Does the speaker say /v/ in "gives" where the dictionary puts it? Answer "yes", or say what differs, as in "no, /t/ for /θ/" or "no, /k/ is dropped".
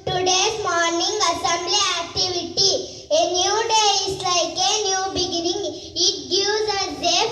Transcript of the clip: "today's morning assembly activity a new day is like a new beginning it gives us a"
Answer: no, /v/ is dropped